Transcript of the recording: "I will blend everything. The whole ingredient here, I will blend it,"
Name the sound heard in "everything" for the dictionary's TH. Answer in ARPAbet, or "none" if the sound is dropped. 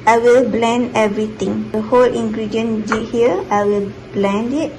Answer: T